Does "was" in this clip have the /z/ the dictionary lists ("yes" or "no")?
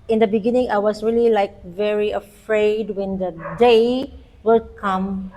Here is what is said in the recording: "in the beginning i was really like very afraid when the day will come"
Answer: no